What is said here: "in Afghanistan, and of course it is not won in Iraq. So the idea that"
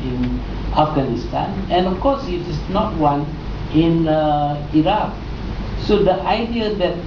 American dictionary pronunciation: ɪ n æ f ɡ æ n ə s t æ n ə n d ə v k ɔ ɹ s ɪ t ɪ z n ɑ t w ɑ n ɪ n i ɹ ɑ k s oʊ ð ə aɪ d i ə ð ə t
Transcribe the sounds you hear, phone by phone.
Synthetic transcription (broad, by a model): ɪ n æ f ɡ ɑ n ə s t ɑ n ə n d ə f k ɔ s ɪ t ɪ s n ɑ t w ɑ n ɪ n i ɹ ɑ k s oʊ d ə aɪ d i ə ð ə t